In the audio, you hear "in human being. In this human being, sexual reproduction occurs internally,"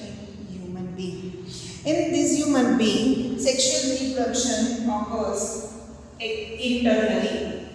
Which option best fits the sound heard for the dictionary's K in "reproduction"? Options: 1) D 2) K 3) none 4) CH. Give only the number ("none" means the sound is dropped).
3